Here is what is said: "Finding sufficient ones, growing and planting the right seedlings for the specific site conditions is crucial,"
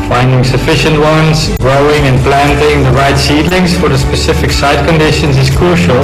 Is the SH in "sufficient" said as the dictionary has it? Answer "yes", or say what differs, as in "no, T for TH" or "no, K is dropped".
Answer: yes